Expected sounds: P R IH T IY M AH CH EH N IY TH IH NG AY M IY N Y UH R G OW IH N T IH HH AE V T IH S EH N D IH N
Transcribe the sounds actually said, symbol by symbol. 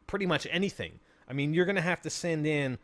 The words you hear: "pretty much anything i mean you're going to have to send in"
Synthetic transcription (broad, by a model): P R IH T IY M AH CH EH N IY TH IH NG AY M IY N Y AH R G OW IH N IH HH AE F T IH S EH N D IH N